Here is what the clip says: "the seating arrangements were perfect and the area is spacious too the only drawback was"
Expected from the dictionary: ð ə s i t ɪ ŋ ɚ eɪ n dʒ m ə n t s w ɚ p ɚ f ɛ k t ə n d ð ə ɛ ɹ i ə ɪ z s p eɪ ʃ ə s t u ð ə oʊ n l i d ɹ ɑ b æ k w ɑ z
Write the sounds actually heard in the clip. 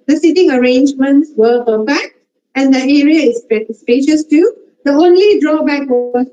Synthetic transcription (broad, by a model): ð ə s i t ɪ ŋ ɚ eɪ n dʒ m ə n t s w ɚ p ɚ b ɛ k ə n d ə ɛ ɹ i ə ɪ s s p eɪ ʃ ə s t u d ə oʊ n l i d ɹ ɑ b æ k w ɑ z